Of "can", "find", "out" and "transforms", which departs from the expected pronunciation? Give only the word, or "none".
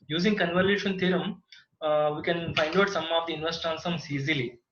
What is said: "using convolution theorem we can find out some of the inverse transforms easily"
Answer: transforms